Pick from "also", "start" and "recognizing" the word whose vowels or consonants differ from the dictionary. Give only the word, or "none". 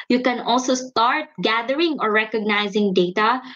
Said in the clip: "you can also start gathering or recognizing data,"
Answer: none